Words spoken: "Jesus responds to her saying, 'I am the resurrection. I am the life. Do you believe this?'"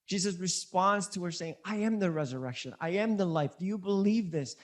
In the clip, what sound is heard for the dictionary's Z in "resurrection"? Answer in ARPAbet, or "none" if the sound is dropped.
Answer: Z